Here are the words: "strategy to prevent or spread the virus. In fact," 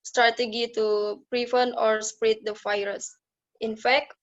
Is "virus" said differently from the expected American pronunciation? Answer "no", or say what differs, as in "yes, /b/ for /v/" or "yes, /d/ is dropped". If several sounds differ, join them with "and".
yes, /f/ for /v/